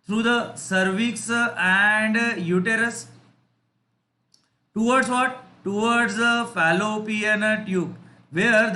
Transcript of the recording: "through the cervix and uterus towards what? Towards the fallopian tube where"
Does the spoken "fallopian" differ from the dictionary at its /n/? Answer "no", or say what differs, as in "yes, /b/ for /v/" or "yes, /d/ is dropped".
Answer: no